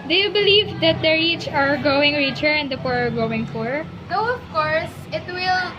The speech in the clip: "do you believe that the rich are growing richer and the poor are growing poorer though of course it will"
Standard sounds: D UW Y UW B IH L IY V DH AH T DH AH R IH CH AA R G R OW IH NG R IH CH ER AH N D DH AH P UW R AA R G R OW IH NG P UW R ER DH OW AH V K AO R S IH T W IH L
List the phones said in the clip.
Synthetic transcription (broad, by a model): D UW Y UW B IH L IY V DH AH T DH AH R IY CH AA R G OW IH NG R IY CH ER AH N D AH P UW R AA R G OW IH NG F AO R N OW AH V K AO R S IH T W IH L